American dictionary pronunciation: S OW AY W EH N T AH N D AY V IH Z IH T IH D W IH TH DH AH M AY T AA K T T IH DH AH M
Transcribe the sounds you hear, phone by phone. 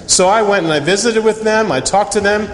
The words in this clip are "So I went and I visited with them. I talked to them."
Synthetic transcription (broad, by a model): S OW AY W EH N T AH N AY V IH Z IH T IH D W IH DH AH M AY T AA K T T IH DH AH M